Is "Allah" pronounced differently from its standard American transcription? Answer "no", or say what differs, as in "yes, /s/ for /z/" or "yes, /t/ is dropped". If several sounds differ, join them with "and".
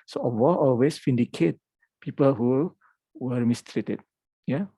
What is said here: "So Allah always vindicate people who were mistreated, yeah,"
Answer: yes, /w/ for /l/